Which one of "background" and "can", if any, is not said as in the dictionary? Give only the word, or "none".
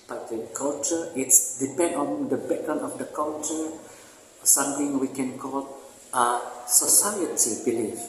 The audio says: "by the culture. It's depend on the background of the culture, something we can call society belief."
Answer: background